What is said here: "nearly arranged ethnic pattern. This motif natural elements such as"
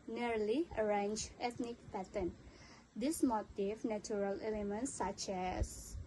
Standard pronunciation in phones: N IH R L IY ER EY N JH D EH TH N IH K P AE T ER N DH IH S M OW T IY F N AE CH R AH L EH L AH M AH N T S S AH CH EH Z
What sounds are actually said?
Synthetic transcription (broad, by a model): N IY R L IY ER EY N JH EH T N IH K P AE T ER N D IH S M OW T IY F N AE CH R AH L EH L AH M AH N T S S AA CH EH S